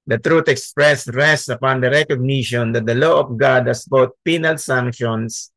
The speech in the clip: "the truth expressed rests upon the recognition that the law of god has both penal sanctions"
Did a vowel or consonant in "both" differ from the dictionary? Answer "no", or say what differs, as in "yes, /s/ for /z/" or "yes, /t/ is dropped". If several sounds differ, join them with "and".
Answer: yes, /t/ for /θ/